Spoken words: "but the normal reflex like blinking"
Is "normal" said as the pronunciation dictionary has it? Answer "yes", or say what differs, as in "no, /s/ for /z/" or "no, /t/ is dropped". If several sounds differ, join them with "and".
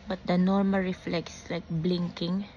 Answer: yes